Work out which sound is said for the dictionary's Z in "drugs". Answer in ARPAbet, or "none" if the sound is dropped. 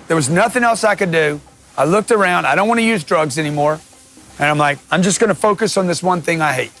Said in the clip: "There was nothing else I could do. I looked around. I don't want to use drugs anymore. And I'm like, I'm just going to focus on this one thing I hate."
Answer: Z